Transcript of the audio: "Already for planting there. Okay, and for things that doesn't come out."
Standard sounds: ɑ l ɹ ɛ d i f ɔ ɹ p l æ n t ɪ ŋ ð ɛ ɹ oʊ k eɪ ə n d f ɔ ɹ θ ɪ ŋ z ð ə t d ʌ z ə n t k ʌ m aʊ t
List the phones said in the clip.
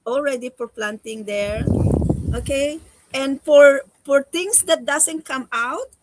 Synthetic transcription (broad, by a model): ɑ l ɹ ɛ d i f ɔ ɹ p l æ n t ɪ ŋ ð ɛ ɹ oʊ k eɪ ə n d f ɔ ɹ f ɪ ŋ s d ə t d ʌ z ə n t k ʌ m aʊ t